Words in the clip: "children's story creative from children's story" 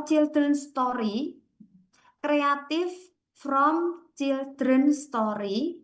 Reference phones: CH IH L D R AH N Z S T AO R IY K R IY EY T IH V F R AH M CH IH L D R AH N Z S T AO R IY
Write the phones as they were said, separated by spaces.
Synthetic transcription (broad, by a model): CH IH L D R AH N S T AO R IY K R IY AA T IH F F R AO M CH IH L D R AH N S T AO R IY